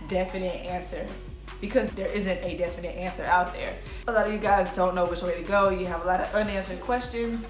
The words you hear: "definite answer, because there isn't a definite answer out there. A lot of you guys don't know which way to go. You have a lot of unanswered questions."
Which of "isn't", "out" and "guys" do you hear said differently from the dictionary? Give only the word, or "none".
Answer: none